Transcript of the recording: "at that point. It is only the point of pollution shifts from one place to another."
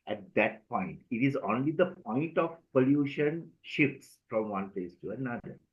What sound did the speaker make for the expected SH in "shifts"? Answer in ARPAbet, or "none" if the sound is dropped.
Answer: SH